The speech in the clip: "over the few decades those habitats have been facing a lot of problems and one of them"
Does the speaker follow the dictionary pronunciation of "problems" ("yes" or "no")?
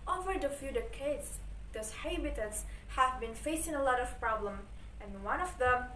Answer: no